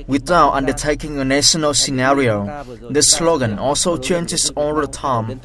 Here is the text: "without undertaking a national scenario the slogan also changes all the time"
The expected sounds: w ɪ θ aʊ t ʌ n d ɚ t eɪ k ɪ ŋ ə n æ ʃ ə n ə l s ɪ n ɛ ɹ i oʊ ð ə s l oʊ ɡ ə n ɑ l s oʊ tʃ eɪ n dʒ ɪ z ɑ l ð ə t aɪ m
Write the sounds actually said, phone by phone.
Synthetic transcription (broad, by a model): w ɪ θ aʊ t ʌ n d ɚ t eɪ k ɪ ŋ ə n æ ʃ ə n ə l s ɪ n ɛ ɹ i oʊ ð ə s l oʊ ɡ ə n ɑ l s oʊ tʃ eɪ n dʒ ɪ s ɑ l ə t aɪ m